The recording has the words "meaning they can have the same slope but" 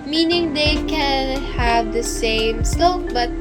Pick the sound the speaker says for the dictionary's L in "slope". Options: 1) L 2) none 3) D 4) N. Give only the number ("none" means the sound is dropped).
2